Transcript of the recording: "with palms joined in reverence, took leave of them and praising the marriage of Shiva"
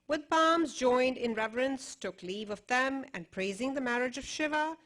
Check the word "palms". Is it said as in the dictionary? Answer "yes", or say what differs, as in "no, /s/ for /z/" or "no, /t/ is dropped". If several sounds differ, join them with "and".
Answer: yes